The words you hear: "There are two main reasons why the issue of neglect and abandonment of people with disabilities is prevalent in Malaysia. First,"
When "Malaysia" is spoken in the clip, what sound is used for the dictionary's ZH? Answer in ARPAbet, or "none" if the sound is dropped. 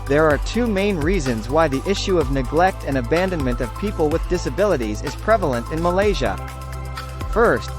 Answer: ZH